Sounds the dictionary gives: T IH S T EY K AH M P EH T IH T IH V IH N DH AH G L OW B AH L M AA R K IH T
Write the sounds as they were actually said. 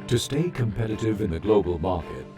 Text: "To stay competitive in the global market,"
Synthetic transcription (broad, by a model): T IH S T EY K AH M P EH T IH T IH V IH N DH AH G L OW B AH L M AA R K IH T